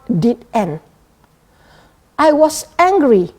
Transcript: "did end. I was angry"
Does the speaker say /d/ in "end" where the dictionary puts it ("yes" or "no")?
no